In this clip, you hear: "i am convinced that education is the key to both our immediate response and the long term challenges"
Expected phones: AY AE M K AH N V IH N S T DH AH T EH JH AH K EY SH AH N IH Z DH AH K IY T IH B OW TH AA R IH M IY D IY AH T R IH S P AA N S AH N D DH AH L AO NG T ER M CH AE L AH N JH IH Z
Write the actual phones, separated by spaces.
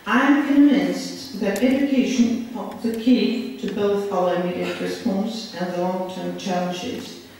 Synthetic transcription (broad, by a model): AY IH M K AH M V IH N S DH AH T EH JH AH K EY SH AH N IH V DH AH K IY T IH B OW TH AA L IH UH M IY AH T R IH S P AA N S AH N DH AH L AO NG T ER M CH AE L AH N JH IH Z